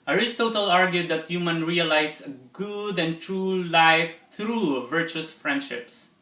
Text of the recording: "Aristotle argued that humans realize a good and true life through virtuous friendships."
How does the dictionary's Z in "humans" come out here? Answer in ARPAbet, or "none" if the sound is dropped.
none